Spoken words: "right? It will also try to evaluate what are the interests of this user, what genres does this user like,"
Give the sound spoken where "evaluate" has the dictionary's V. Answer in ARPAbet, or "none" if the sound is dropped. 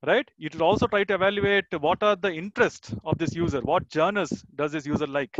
V